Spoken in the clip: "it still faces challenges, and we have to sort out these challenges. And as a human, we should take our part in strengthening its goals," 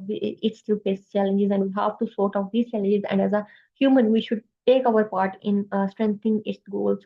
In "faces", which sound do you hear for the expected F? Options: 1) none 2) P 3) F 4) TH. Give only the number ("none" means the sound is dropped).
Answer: 2